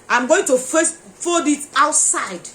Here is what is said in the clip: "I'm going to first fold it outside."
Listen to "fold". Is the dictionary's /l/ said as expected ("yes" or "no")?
no